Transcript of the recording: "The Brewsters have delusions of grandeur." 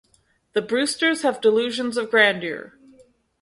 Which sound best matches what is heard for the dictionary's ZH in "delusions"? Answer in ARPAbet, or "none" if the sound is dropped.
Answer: ZH